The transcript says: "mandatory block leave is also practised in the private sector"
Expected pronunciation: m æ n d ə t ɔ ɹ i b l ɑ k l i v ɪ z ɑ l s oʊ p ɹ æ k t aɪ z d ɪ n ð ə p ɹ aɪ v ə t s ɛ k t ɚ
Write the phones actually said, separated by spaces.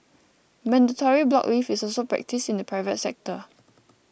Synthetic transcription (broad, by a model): m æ n d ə t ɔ ɹ i b l ɑ k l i f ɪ s ɑ l s oʊ p ɹ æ k t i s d ɪ n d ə p ɹ aɪ v ə t s ɛ k t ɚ